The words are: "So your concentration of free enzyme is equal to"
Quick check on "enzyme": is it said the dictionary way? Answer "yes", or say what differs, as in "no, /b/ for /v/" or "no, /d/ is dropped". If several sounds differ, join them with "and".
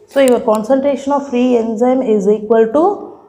yes